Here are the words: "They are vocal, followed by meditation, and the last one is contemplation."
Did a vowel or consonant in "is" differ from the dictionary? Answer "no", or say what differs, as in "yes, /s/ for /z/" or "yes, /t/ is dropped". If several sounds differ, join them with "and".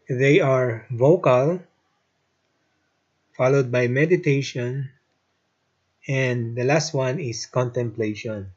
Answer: yes, /s/ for /z/